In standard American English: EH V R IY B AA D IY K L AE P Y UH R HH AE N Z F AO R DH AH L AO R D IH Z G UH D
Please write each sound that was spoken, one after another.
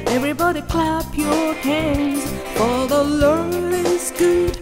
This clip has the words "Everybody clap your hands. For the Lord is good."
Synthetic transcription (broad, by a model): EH V R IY B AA D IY K L AE P Y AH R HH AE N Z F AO L DH AH L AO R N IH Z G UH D